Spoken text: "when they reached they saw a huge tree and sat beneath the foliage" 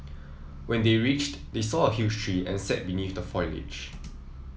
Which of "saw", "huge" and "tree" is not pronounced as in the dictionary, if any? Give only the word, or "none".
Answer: huge